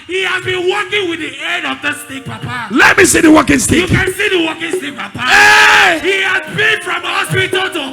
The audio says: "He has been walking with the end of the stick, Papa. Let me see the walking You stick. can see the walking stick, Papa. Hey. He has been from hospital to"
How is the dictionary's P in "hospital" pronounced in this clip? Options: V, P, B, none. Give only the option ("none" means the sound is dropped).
none